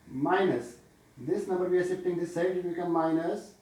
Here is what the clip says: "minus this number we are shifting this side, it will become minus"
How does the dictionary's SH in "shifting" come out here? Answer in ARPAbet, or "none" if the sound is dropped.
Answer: S